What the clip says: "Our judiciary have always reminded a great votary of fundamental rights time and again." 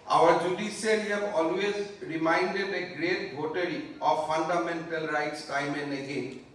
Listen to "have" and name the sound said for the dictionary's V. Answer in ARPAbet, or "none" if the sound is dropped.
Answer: B